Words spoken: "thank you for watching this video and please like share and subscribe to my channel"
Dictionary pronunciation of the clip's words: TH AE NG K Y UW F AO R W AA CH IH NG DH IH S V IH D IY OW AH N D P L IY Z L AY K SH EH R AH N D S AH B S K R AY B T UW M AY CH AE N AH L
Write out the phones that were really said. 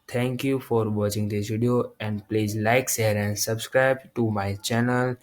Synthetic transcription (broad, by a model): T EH NG K Y UW F AO R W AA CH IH NG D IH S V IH D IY OW AH N D P L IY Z L AY K S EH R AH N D S AH B S K R AY B T UW M AY CH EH N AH L